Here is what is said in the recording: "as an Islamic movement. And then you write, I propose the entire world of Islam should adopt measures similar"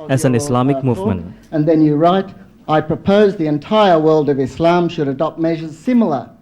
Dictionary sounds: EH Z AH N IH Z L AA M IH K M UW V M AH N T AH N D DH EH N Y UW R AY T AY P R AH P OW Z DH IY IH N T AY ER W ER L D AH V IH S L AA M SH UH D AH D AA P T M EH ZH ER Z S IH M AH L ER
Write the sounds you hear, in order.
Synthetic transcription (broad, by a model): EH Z AH N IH S L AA M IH K M UW V M AH N T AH N DH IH N Y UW R AY T AY P R AH P OW Z DH IY IH N T AY ER W ER L D AH V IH S L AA M SH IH D AH D AA P T M EH ZH ER Z S IH M L ER